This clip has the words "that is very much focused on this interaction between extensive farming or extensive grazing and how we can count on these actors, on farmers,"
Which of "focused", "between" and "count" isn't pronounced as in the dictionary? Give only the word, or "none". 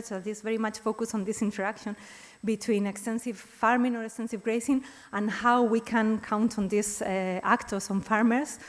focused